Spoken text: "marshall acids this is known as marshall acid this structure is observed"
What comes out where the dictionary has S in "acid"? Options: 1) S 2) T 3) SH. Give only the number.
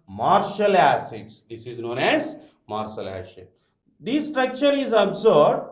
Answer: 3